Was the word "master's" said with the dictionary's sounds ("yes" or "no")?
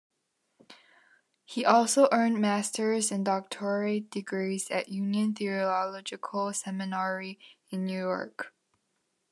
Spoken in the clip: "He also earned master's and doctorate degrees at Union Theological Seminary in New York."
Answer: yes